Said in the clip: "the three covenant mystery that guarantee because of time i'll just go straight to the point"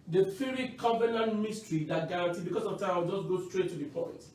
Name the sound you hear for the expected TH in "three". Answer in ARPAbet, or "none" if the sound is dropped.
F